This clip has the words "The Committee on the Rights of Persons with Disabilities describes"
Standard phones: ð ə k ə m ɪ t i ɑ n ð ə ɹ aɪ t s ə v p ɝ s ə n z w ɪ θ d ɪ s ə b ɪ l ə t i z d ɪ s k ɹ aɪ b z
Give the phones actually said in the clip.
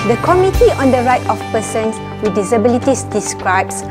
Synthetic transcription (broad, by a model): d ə k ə m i t i ɑ n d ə ɹ aɪ t ə f p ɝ s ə n s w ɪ d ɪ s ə b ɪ l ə t i s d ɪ s k ɹ aɪ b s